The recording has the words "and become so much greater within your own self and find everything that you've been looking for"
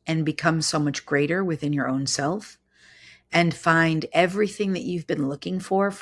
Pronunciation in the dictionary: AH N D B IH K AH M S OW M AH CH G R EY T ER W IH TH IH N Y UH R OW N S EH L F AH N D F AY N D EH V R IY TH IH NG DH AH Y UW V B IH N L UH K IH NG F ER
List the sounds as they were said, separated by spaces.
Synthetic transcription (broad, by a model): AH N B IH K AH M S OW M AH CH G R EY T ER W IH TH IH N Y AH R OW N S EH L F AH N F AY N D EH V R IY TH IH NG DH AH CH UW V B IH N L UH K IH NG F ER